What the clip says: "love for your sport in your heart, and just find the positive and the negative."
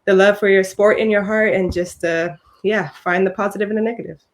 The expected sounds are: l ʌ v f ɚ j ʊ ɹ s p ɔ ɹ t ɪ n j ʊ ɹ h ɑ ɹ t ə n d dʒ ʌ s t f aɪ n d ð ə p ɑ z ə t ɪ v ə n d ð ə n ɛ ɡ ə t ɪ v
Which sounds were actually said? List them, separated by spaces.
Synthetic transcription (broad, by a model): l ʌ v f ɚ j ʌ ɹ s p ɔ ɹ t ɪ n j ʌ ɹ h ɑ ɹ t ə n dʒ ʌ s t f aɪ n ð ə p ɑ z ə t ɪ v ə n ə n ɛ ɡ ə t ɪ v